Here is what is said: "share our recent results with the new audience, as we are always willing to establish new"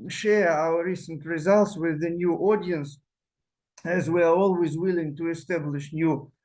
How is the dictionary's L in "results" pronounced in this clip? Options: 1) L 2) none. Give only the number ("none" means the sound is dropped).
1